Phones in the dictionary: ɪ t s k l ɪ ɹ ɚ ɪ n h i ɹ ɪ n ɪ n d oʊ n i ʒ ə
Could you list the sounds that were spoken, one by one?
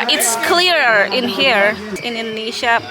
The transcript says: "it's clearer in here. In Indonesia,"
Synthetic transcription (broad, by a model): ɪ t s k l ɪ ɹ ɚ ɪ n h i ɹ ɪ n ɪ n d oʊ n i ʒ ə